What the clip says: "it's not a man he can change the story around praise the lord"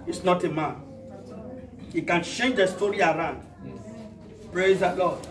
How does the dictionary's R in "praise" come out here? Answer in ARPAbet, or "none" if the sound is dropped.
R